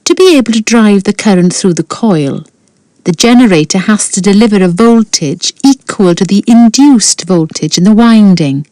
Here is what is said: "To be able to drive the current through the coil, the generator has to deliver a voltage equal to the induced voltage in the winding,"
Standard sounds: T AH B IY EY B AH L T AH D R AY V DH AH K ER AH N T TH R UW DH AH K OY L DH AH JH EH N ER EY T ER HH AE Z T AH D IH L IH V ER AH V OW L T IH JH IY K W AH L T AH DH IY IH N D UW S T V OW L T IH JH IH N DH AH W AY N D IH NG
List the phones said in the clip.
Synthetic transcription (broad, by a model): T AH B IY EY B AH L T AH D R AY V DH AH K ER AH N T TH R UW DH AH K OY L DH AH JH EH N ER EY T ER HH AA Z T AH D IH L IH V ER AH V OW L T IH JH IY K W AH L T AH DH IY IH N D UW S T V OW L T IH JH IH N DH AH W AY N D IH NG